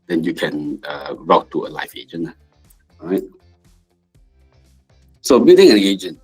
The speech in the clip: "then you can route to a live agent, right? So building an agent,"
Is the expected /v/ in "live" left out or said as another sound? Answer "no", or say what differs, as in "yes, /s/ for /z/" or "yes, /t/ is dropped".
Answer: yes, /f/ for /v/